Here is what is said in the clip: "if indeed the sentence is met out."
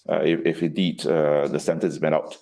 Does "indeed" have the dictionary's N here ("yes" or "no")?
no